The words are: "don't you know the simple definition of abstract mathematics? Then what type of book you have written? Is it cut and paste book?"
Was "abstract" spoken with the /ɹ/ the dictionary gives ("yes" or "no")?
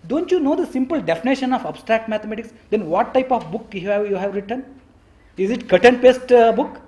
yes